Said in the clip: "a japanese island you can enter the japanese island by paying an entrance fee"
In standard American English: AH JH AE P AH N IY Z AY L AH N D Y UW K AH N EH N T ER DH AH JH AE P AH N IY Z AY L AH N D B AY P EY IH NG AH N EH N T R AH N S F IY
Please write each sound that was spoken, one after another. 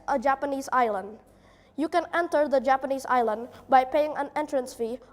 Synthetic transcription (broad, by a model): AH JH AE P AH N IY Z AY L AH N D Y UW K AH N EH N T ER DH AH JH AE P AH N IY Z AY L AH N D B AY P EY IH NG AH N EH N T R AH N S F IY